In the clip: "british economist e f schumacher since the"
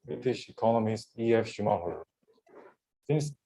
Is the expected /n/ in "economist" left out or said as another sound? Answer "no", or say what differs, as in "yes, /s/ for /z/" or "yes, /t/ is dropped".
no